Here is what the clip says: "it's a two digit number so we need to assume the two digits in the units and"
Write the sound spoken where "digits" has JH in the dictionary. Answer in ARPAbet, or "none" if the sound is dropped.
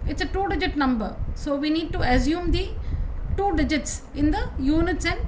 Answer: JH